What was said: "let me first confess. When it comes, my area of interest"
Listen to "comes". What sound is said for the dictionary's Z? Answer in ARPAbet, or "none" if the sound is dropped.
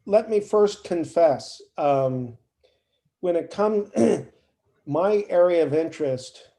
none